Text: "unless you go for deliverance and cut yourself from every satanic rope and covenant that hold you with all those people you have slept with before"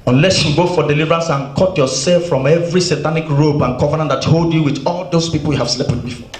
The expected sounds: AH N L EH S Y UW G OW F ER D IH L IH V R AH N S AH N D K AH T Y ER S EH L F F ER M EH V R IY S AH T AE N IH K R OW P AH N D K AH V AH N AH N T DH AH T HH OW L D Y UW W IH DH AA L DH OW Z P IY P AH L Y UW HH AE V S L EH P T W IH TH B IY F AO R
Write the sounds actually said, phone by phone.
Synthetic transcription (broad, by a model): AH N L EH S Y UW G OW F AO D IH L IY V R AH N S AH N K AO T Y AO S EH L F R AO M EH V R IY S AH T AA N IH K R OW B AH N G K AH V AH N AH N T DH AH T HH OW L D Y UW W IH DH AA L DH OW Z P IY P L Y UW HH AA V S L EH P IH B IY F AO